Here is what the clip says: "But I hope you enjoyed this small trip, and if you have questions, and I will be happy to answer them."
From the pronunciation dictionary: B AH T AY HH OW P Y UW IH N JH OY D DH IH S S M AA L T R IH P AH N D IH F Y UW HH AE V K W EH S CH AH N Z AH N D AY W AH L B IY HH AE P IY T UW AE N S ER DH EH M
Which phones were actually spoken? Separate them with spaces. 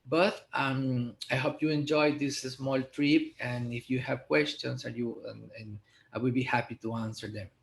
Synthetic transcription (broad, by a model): B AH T AY HH OW P Y UW IH N JH OY D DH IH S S M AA L T R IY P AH N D IH F Y UW HH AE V K W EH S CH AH N S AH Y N AY W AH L B IY HH AE P IY T UW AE N S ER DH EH M